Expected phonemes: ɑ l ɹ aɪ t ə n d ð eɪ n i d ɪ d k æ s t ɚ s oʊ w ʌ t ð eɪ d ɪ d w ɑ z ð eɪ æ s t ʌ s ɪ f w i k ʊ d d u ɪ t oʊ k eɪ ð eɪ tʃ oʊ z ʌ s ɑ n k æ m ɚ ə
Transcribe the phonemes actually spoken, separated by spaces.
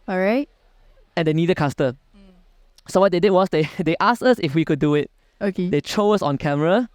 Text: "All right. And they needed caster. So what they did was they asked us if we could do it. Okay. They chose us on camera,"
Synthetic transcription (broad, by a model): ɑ ɹ aɪ t ə n d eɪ n i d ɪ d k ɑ s t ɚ s oʊ w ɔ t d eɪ d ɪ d w ɑ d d eɪ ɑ s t ʌ s ɪ f w i k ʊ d d u ɪ t oʊ k eɪ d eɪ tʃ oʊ ʌ s ɑ n k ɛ m ɚ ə